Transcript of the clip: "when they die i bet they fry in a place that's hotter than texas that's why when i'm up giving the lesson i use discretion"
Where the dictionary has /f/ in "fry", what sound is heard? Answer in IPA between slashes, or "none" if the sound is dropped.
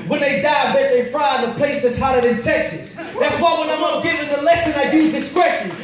/f/